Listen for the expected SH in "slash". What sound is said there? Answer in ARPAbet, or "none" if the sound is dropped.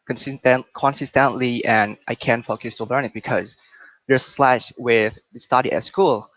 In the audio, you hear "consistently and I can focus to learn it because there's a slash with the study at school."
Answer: SH